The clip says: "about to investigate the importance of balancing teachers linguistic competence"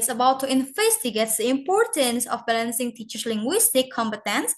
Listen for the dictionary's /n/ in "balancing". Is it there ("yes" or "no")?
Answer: yes